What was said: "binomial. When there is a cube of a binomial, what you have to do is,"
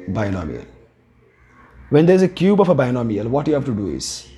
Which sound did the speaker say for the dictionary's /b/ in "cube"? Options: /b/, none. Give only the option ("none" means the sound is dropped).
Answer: /b/